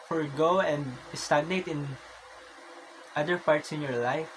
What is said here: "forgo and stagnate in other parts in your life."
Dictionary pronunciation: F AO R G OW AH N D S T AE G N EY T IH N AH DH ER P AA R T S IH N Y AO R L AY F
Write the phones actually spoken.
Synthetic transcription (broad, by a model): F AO R G OW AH N D S T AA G N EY T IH N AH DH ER P AA R T S IH N Y AO R L AY F